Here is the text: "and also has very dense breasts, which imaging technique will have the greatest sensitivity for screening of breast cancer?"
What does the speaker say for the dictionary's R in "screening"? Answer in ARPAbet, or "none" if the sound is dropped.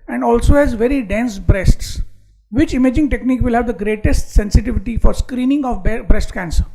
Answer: R